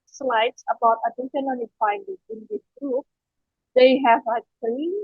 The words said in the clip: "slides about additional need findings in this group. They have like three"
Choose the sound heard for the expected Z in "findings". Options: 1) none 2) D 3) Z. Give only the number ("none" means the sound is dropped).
1